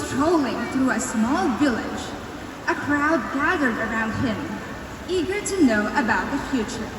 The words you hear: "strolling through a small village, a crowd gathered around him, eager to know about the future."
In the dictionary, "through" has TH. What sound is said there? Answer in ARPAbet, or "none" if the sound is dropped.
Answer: TH